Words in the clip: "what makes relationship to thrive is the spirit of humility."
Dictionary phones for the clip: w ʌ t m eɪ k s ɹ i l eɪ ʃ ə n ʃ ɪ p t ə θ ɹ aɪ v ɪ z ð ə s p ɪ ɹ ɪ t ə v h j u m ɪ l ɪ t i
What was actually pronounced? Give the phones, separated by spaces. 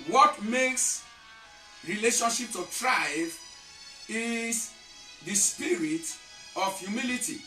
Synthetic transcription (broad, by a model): w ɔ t m eɪ k s ɹ i l eɪ ʃ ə n ʃ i p t ə t ɹ aɪ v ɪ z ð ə s p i ɹ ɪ t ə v j u m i l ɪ t i